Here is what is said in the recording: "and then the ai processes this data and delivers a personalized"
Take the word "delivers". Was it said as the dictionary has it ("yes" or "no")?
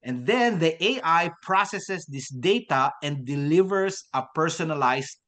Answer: no